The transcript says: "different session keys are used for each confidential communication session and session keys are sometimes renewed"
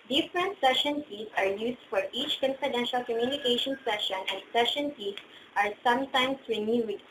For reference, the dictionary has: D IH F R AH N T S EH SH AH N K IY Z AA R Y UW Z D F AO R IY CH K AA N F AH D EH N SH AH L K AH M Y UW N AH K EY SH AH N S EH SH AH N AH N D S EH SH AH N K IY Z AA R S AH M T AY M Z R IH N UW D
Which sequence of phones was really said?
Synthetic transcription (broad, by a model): D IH F R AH N T S EH SH AH N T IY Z AA R Y UW S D F AO R IY CH K AA N F AH D EH N SH AH L K AH M Y UW N AH K EY SH AH N S EH SH AH N AH N D S EH SH AH N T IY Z AA R S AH M T AY M S R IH N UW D